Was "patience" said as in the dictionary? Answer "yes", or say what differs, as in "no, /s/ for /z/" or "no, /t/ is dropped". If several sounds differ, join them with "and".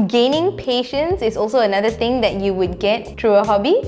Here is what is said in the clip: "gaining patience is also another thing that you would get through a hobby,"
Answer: yes